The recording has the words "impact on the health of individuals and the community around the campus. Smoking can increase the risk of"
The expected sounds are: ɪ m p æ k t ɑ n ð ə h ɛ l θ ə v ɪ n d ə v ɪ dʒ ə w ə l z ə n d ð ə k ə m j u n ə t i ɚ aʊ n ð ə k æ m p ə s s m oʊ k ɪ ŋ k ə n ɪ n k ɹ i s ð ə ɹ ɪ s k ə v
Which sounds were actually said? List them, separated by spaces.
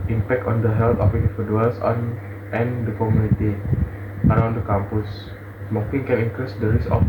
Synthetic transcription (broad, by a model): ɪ m p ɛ k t ɑ n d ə h ɛ l t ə f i n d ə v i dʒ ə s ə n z ə n d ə k ə m j u n ə t i ɚ aʊ n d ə k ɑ m p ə s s m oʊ k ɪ ŋ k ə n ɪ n k ɹ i s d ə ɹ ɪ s ə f